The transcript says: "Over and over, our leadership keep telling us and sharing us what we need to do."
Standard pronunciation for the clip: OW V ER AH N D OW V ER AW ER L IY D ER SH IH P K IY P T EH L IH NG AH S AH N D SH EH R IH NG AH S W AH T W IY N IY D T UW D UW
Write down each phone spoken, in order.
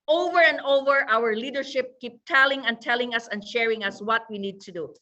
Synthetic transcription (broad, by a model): OW V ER AH N D OW V ER AW ER L IY D ER SH IH P K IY P T EH L IH NG AH S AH N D SH EH R IH NG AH S W AH T W IY N IY D T UW D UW